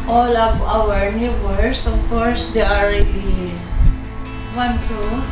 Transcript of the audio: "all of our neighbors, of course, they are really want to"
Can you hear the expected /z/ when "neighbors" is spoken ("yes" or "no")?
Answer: no